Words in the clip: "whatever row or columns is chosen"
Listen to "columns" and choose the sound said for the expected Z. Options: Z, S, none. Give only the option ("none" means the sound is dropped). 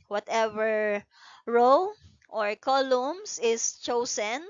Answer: S